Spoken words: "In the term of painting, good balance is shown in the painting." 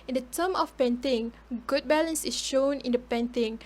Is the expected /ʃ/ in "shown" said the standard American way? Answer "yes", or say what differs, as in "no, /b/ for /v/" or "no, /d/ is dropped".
yes